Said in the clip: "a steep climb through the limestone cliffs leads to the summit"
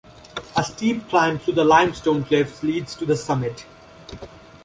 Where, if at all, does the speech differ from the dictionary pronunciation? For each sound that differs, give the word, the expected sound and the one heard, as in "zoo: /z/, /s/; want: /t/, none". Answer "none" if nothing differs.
through: /θ/, /t/